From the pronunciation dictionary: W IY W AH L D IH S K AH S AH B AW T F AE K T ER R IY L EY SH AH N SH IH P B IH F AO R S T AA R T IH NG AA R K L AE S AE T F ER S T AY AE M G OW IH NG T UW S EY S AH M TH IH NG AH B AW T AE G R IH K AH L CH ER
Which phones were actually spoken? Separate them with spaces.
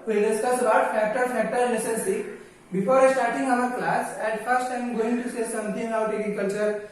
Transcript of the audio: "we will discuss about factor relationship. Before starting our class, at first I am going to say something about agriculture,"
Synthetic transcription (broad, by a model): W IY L D IH S K AH S AH B AW T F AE K T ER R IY N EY S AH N S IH B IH F AO R S T AA R T IH NG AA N K L AE S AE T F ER S T AY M G OW IH NG T UW S EY S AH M T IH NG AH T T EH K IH K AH L CH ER